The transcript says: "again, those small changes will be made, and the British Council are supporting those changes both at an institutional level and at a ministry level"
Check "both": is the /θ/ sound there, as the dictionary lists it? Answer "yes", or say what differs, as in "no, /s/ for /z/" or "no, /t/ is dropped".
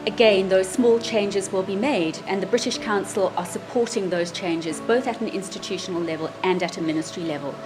yes